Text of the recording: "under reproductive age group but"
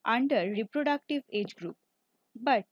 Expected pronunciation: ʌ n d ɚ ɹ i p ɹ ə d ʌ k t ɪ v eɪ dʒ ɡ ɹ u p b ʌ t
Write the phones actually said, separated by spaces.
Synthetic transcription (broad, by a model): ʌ n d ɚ ɹ i p ɹ ə d ʌ k t ɪ v eɪ dʒ ɡ ɹ u p b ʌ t